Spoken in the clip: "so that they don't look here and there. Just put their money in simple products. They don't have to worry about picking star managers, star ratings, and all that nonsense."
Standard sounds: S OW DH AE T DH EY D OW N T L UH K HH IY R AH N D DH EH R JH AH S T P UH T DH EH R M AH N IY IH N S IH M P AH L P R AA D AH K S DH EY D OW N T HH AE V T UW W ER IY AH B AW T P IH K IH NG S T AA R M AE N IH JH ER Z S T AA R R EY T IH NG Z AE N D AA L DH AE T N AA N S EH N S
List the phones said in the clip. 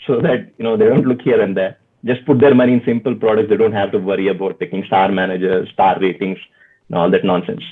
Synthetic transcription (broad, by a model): S OW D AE T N EY D OW N T L UH K HH IY R AH N D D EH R JH AH S T P UH T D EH R M AH N IY IH N S IH M P AH L P R AA D AH K S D EY D OW N T HH AE V T UW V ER IY AH B AW T P IH K IH NG S T AA R M AE N IH JH ER Z S T AA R R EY T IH NG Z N AA L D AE T N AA N S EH N S